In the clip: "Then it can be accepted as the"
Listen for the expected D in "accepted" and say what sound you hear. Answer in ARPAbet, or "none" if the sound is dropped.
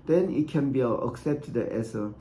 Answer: none